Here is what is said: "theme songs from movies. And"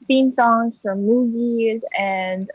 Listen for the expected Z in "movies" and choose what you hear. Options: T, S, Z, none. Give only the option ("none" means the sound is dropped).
Z